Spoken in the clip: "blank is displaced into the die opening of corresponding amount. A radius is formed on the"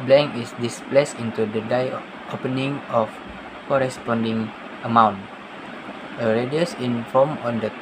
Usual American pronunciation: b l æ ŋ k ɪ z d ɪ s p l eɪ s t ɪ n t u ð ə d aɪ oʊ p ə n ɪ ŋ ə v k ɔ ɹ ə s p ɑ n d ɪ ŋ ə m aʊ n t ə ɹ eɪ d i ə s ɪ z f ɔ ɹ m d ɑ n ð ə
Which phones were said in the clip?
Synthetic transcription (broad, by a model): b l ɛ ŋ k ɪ s d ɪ s p l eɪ s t ɪ n t u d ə d aɪ oʊ p ə n ɪ ŋ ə f k ɔ ɹ ə s p ɑ n d ɪ ŋ ə m aʊ n t ə ɹ eɪ d i ə s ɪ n f ɔ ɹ m ɑ n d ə